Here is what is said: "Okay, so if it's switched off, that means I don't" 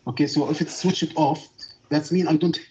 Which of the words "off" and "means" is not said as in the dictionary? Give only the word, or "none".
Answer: means